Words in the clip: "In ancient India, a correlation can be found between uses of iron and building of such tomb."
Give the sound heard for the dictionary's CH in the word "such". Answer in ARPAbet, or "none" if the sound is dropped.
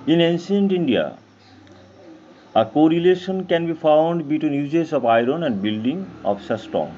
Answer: S